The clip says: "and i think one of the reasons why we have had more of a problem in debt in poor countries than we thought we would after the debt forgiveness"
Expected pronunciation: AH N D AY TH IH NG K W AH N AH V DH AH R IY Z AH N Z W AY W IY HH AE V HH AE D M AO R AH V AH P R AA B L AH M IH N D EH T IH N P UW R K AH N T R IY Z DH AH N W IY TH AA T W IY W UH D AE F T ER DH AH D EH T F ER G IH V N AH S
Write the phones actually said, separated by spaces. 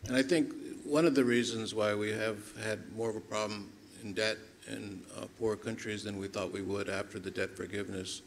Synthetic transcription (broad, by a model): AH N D AY TH IH NG K W AH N AH V DH AH R IY Z AH N Z W AY W IY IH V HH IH D M AO R AH V AH P R AA B L AH M IH N D EH T IH N P UW R K AH N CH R IY Z DH AH N W IY TH AA T W IY W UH D AE F T ER DH AH D EH T F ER G IH V N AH S